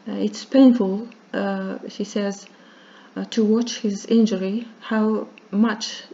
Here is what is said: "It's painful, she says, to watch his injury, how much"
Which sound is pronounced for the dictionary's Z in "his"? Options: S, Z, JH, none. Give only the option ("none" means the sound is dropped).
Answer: Z